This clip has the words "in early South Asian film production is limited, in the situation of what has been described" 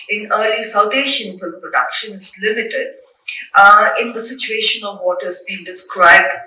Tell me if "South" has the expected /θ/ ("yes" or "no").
no